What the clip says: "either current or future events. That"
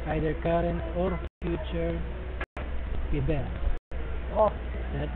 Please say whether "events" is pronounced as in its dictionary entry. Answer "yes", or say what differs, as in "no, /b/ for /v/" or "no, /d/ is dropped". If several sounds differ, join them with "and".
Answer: no, /b/ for /v/